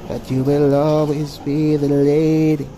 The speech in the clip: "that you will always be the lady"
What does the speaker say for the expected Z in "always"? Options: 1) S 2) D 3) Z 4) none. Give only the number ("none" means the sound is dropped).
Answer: 3